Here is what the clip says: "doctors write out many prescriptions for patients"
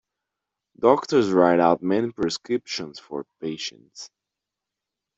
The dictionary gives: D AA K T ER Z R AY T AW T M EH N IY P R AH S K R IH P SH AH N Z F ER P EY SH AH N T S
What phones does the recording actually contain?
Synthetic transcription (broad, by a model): D AA K T ER Z R AY T AW T M EH N IY P R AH S K R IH P SH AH N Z F ER P EY SH AH N T S